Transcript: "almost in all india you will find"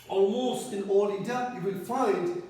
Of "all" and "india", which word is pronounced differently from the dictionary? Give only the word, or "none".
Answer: india